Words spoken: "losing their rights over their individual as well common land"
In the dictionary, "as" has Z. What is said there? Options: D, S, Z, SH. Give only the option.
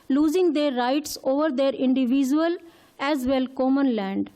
Z